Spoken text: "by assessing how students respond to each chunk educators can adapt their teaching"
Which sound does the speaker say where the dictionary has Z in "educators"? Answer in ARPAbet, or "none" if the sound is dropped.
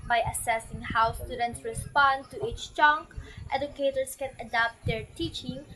S